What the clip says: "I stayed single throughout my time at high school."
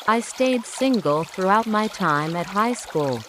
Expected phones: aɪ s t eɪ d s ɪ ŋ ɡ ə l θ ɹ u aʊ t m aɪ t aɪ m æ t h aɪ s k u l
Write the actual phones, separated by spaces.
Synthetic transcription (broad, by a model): aɪ s t eɪ d s ɪ ŋ ɡ ə l θ ɹ u aʊ t m aɪ t aɪ m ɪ t h aɪ s k u l